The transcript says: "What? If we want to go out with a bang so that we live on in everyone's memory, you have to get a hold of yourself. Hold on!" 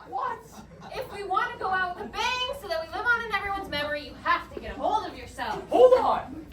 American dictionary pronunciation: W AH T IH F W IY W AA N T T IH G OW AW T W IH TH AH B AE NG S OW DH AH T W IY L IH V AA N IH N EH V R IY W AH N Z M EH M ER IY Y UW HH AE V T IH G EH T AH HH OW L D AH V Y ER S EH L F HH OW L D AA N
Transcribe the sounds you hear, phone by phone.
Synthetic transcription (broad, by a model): W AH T IH F W IY W AA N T T IH G OW AW T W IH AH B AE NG S OW DH AH T W IY L IH V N IH N EH V R IY W AH N Z M EH M ER IY Y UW HH AE F T IH G EH T AH HH OW L D AH V Y ER S EH L F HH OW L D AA